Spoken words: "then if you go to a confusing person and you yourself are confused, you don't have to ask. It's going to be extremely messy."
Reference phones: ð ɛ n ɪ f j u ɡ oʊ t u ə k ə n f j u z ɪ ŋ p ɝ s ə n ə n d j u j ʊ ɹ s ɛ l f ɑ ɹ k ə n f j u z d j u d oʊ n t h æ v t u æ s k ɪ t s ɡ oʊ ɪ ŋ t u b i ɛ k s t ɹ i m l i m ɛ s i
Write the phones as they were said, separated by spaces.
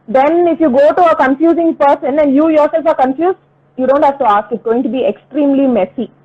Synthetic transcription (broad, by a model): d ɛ n ɪ f j u ɡ oʊ t u ə k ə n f j u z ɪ ŋ p ɝ s ə n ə n j u j ʊ ɹ s ɛ l f ɑ ɹ k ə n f j u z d j u d oʊ n t h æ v t u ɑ s k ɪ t ɡ oʊ ɪ ŋ t u b i ɛ k s t ɹ i m l i m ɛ s i